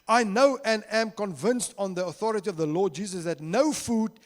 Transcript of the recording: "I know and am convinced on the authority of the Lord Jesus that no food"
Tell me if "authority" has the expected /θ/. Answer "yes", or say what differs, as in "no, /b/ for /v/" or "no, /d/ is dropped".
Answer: yes